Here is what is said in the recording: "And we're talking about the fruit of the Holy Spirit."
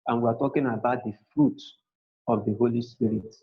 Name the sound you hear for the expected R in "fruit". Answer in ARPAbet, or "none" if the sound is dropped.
R